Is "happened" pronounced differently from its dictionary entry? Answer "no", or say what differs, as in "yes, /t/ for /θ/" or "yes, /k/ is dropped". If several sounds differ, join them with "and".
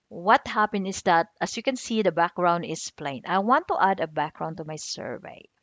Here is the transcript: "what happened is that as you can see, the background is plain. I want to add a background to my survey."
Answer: yes, /d/ is dropped